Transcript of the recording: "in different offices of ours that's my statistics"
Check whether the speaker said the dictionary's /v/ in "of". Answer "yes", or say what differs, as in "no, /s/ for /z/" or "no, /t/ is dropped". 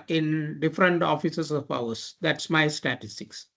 no, /p/ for /v/